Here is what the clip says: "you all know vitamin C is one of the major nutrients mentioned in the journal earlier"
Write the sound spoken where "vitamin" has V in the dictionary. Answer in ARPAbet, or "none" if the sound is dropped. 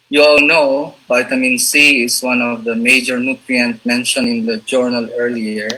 B